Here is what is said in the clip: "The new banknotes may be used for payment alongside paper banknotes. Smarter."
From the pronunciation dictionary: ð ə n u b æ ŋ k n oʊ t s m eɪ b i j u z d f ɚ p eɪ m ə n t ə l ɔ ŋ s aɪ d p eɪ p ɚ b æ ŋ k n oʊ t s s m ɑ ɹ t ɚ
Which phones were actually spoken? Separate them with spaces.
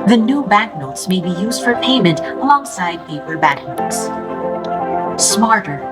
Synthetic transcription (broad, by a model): ð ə n u b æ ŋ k n oʊ t s m eɪ b i j u z d f ɚ p eɪ m ə n t ə l ɔ ŋ s aɪ d p eɪ p ɚ b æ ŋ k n oʊ t s s m ɑ ɹ t ɚ